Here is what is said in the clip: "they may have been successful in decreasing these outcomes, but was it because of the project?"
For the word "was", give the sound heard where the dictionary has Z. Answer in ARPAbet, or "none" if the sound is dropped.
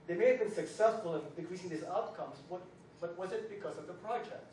Z